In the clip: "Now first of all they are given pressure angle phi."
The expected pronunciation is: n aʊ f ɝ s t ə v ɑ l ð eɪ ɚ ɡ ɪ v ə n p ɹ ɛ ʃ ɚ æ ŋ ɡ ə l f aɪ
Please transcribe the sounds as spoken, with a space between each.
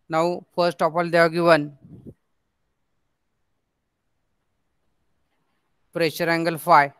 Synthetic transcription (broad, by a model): n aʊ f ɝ s t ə p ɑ l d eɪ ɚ ɡ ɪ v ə n p ɹ ɛ ʃ ɚ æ ŋ ɡ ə l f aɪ